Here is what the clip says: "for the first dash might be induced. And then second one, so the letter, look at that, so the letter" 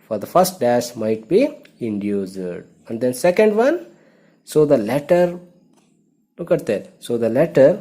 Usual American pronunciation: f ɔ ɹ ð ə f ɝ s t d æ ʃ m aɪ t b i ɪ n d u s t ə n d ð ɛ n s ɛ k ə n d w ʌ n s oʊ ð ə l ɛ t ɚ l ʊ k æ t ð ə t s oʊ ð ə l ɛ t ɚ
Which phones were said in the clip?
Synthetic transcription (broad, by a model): f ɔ ɹ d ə f ɝ s t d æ s m aɪ t b i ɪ n d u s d ə n d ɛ n s ɛ k ə n d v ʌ n s oʊ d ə l ɛ t ɚ l ʊ k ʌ t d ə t s oʊ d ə l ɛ t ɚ